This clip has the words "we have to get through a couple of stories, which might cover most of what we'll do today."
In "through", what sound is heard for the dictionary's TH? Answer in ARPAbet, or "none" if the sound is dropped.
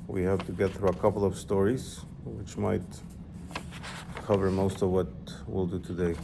TH